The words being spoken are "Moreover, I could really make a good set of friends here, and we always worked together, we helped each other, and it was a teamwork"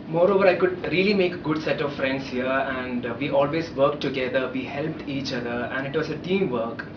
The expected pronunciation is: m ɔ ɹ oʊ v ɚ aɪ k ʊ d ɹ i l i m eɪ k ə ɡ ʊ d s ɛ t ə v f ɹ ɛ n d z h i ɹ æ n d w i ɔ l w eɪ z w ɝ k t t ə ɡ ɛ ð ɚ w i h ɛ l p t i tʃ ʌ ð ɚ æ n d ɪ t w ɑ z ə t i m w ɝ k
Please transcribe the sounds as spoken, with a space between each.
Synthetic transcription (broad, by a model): m ɔ ɹ oʊ v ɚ aɪ k ʊ d ɹ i l i m eɪ k ɡ ʊ d s ɛ t ə v f ɹ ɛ n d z h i ɹ æ n d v i ɔ l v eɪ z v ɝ k t t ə ɡ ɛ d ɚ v i h ɛ l p t i tʃ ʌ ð ɚ æ n d ɪ t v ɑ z ə t i m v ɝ k